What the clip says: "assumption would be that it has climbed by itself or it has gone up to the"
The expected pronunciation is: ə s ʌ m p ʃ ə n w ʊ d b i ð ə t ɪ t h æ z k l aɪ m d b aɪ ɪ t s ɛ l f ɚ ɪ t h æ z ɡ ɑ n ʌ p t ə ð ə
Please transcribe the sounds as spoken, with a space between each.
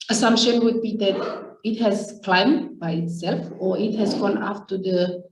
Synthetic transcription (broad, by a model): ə s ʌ m p ʃ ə n w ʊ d b i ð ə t ɪ t h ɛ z k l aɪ m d b aɪ ɪ t s ɛ l f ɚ ɪ t h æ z ɡ ɑ n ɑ f t ə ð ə